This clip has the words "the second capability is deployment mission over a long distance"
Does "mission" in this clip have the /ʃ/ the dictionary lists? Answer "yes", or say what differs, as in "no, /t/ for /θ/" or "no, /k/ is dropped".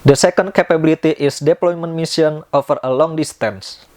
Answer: no, /s/ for /ʃ/